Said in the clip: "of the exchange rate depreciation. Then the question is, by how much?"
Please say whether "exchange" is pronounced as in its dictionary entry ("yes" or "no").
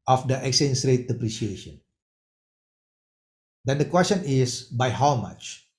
no